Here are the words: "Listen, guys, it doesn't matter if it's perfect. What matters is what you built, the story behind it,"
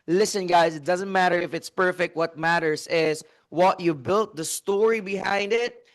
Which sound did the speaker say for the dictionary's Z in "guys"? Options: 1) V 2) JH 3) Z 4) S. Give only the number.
4